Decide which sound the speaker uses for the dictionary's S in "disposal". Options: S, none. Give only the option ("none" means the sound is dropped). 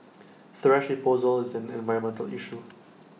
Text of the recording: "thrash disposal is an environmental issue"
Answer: none